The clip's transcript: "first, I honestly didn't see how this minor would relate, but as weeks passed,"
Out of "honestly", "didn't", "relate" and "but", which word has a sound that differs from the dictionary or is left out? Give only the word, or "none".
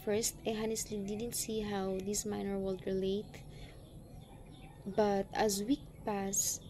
none